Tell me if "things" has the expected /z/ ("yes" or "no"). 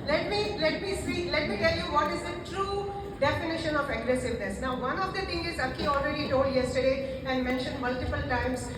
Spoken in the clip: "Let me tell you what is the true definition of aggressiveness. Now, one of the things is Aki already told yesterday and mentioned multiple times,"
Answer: no